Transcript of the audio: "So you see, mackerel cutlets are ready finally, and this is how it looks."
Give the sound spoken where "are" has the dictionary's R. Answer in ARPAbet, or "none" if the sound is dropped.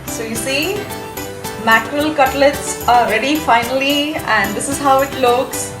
L